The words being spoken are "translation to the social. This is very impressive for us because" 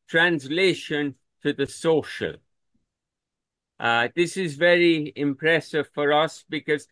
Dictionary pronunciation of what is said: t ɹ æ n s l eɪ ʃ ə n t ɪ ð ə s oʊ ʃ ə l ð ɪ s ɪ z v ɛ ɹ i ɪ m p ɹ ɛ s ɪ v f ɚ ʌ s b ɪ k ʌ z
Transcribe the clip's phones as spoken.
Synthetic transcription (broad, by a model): t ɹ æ n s l eɪ ʃ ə n t ɪ ð ə s oʊ ʃ ə l ð ɪ s ɪ z v ɛ ɹ i ɪ m p ɹ ɛ s ɪ v f ɚ ʌ s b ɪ k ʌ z